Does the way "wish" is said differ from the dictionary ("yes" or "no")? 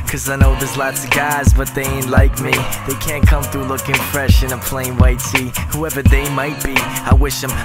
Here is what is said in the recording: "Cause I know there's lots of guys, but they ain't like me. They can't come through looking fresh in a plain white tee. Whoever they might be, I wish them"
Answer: no